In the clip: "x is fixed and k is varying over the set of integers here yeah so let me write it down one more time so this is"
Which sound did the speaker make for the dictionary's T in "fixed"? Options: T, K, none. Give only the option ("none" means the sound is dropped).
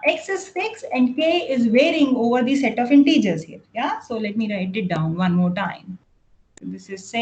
none